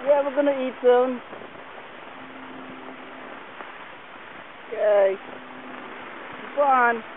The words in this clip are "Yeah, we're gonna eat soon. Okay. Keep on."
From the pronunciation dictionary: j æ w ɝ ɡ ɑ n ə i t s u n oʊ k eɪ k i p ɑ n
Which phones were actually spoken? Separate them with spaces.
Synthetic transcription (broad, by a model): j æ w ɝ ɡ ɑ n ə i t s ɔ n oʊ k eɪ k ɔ ɑ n